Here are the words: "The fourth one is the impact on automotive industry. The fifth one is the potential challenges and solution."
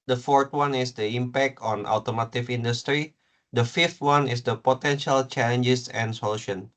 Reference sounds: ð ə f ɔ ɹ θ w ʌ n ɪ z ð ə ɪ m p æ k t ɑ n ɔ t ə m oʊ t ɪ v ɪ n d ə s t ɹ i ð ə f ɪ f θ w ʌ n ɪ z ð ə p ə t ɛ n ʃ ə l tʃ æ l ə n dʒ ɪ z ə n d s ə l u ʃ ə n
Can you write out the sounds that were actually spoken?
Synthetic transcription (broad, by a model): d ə f ɔ ɹ t w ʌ n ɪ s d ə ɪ m p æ k t ɑ n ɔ t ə m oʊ t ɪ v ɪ n d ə s t ɹ i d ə f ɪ f t w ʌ n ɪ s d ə p ə t ɛ n ʃ ə l tʃ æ l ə n dʒ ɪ s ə n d s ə l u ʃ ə n